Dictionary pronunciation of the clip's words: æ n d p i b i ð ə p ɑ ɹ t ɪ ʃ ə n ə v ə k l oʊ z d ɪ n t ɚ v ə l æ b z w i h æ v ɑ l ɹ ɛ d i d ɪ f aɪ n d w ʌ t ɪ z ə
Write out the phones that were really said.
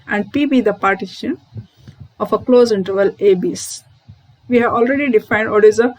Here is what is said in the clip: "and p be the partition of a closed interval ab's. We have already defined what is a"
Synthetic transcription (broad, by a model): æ n d p i b i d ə p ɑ ɹ t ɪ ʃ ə n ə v ə k l oʊ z ɪ n t ɚ v ə l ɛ b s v i h æ v ɑ l ɹ ɛ d i d ɪ f aɪ n d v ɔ t ɪ z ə